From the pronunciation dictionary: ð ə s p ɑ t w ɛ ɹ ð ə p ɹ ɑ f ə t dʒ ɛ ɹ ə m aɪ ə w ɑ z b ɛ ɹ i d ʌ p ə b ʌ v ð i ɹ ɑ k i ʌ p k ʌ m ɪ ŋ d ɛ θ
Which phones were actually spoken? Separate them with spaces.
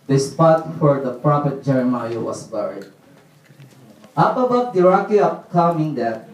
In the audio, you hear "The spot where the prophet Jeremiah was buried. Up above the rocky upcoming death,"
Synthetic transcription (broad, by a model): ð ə s p ɑ t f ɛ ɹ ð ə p ɹ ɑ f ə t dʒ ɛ ɹ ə m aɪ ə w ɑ s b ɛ ɹ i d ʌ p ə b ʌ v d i ɹ ɑ k i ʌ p k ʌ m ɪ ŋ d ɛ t